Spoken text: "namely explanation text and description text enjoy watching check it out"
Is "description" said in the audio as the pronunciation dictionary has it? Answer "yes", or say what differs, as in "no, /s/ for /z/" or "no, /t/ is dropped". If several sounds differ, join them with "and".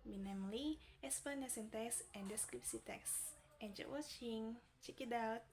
no, /s/ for /ʃ/